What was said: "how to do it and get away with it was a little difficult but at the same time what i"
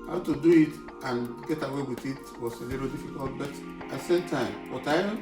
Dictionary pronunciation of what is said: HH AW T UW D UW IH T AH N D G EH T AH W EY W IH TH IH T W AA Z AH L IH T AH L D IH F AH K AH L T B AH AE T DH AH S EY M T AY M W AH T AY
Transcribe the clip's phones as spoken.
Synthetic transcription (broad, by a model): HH AW T UW D UW IH T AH N G EH T AH W EY W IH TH IH T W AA S AH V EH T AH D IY F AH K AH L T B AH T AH S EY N T AY M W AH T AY